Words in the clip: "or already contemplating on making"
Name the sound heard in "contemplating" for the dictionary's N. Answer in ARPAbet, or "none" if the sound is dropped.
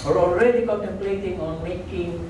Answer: none